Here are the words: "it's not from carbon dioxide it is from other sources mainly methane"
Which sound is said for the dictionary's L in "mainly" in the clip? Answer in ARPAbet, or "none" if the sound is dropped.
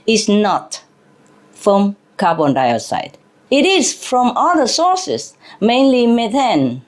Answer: L